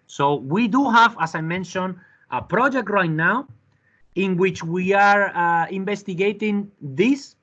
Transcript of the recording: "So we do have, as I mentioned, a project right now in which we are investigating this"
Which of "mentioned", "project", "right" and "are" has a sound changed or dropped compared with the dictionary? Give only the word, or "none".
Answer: mentioned